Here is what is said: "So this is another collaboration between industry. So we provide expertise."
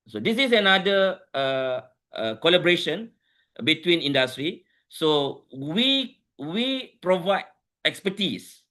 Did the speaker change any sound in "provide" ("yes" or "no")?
no